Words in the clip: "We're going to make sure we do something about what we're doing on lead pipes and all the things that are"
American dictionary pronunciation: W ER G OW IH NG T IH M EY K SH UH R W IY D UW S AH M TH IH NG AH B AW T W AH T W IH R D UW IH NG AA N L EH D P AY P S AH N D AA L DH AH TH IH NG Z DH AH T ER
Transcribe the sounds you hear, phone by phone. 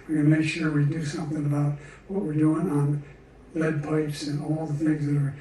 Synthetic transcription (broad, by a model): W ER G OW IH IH M EY K SH UH R W IY D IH S AH M TH IH NG AH B AW T W AH T W IH R D UW IH NG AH N L EH D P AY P S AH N AA L DH AH TH IH NG Z DH AH T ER